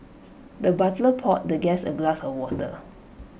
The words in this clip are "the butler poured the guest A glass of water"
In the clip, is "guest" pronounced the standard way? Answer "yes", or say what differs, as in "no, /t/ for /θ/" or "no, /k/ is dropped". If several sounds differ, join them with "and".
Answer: no, /t/ is dropped